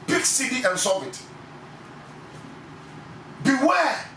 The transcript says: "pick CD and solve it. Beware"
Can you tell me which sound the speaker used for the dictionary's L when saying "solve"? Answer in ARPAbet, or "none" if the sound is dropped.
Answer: none